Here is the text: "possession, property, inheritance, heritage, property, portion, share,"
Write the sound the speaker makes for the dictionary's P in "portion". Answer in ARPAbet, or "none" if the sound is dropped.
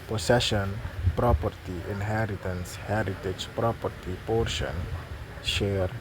P